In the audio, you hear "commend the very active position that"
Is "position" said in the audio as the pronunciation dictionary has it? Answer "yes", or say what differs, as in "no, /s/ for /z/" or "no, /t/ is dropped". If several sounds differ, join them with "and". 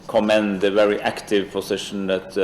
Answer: no, /s/ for /z/